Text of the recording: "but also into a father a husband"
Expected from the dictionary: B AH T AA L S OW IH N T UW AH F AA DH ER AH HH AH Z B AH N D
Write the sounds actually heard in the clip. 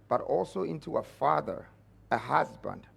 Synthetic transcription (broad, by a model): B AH T AA L S OW IH N T UW AH F AA DH ER AH HH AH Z B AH N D